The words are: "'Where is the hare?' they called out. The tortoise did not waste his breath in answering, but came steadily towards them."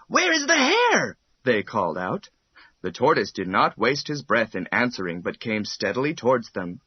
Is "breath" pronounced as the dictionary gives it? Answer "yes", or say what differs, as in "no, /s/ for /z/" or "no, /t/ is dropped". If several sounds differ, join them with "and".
yes